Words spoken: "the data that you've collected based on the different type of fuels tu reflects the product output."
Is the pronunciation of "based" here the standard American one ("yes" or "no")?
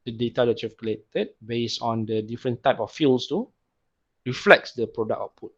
no